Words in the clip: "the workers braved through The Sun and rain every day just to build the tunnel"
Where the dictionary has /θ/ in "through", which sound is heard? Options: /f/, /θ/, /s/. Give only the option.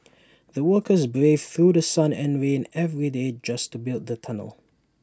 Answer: /θ/